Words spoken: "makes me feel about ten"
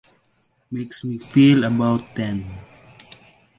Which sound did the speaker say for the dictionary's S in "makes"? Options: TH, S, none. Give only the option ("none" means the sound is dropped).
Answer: S